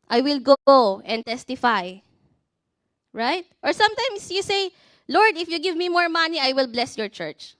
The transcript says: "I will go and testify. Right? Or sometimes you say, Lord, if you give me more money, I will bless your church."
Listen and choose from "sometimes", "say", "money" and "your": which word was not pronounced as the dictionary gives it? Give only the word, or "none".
sometimes